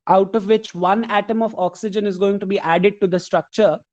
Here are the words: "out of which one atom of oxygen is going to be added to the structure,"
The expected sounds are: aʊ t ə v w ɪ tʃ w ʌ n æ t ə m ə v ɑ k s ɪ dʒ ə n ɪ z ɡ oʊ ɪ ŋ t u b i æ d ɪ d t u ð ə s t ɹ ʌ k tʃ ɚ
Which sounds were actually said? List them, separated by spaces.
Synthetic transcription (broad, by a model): aʊ t ə v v ɪ tʃ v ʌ n æ t ə m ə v ɑ k s ɪ dʒ ə n ɪ z ɡ oʊ ɪ ŋ t u b i æ d ɪ d t u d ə s t ɹ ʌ k tʃ ɚ